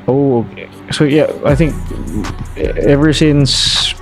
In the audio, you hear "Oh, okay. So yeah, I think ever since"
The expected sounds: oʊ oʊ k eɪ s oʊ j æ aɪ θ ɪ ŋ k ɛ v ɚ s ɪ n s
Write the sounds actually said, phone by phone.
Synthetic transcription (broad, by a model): oʊ oʊ k eɪ s oʊ j æ aɪ θ ɪ ŋ k ɛ v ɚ s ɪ n s